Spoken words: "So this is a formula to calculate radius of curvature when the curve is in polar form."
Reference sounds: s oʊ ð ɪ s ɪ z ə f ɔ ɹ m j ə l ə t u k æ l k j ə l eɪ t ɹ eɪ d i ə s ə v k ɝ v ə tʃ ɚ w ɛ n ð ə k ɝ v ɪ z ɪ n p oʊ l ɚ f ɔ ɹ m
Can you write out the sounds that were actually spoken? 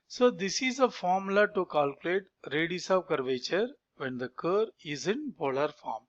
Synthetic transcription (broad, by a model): s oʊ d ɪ s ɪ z ə f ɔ ɹ m l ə t u k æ l k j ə l eɪ t ɹ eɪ d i s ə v k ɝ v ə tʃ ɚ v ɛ n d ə k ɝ ɪ z ɪ n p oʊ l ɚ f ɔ ɹ m